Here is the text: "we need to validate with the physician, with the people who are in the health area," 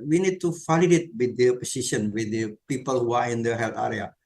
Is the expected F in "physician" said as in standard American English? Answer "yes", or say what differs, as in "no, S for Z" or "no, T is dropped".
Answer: no, P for F